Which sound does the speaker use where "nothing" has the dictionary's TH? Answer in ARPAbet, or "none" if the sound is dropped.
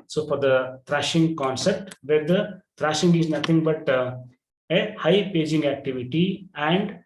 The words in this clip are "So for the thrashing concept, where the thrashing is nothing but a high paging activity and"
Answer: T